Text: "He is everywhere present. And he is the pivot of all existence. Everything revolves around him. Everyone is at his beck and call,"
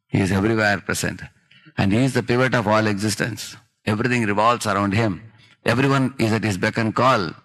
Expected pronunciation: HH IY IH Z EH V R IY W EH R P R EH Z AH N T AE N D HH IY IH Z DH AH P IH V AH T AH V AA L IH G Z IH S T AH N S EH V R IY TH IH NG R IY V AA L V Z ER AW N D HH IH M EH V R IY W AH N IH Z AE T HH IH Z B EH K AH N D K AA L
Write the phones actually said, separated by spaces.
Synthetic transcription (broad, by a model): HH IY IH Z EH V R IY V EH R P R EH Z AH N T AE N D HH IY IH Z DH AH P IH V AH T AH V AA L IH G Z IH S T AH N S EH V R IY T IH NG R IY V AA L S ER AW N D HH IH M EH V R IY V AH N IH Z AE T HH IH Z B EH K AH N K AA L